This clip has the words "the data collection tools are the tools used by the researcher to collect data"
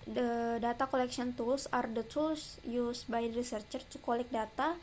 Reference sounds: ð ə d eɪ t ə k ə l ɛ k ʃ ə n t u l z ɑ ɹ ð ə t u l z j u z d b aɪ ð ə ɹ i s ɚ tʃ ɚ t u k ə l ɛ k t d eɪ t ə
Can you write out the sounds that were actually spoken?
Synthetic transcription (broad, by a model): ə d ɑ t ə k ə l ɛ k s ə n t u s ɑ ɹ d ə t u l s j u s b aɪ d ɹ i s ɚ tʃ ɚ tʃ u k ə l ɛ k d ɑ t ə